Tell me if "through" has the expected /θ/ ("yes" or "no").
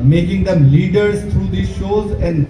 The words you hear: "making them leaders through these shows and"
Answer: no